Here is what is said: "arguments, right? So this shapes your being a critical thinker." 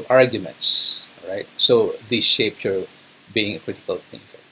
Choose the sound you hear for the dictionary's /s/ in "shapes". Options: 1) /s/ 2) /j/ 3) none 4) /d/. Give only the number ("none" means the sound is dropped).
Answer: 3